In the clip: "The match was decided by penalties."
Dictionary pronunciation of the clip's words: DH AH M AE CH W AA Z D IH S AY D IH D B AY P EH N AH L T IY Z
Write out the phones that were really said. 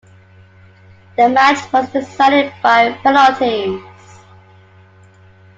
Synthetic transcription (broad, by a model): DH AH M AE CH W AA Z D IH S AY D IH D B AY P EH L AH T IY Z